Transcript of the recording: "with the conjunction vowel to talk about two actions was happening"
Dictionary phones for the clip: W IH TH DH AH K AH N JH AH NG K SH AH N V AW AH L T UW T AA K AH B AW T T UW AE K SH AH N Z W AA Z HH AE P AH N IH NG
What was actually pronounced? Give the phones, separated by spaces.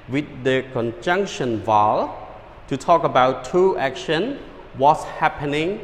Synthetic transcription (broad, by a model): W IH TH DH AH K AH N JH AH NG K SH AH N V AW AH L T UW T AA K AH B AW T T UW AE K SH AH N W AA S HH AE P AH N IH NG